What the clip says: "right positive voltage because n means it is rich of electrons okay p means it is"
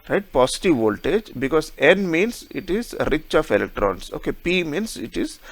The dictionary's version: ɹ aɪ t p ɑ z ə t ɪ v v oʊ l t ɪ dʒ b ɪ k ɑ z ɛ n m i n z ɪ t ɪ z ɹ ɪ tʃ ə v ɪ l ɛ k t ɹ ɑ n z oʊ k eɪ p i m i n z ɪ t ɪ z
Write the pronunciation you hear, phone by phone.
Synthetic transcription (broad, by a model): ɹ aɪ t p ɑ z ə t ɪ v v oʊ l t ɪ dʒ b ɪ k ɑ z ɛ n m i n s ɪ t ɪ z ɹ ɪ tʃ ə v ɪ l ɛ k t ɹ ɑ n s oʊ k eɪ p i m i n s ɪ t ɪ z